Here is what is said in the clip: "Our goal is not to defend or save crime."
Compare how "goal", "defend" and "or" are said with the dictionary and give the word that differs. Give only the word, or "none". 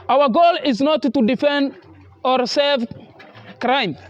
none